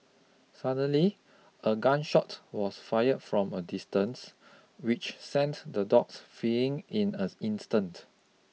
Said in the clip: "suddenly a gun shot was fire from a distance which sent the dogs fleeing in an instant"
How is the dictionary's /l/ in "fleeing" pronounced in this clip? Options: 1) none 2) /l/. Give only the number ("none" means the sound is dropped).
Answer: 1